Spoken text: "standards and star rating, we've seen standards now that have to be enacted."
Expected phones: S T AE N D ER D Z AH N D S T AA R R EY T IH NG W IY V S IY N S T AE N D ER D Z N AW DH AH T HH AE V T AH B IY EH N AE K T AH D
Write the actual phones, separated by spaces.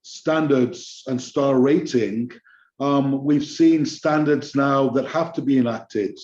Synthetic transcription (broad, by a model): S T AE N D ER D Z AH N S T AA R R EY T IH NG W IY V S IY N S T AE N D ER D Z N AW DH AH T HH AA F T AH B IY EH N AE K T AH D